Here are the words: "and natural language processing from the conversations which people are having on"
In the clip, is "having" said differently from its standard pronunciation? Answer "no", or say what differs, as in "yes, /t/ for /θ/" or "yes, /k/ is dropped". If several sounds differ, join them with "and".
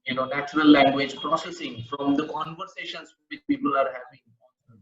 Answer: yes, /p/ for /v/